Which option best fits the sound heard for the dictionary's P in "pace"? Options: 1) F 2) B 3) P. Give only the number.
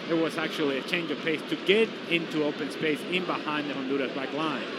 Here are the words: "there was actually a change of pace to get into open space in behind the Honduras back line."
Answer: 3